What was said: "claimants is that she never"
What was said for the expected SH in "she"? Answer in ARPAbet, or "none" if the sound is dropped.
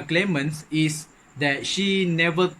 SH